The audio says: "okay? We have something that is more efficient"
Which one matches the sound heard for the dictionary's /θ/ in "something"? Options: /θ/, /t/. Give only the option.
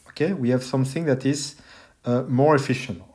/θ/